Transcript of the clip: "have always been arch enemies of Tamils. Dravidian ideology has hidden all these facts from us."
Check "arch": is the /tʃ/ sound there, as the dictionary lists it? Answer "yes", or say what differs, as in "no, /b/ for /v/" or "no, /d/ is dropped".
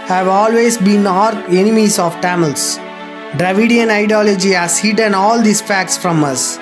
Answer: no, /tʃ/ is dropped